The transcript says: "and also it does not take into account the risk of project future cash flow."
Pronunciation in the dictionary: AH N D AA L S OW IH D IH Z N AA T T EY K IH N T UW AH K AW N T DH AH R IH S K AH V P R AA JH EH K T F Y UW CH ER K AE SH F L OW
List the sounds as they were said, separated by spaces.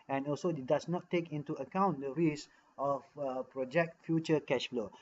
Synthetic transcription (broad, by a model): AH N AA L S OW IH D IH S N AA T T EY K IH N T UW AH K AW N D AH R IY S AH F P R AA JH EH K T F Y UW CH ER K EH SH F L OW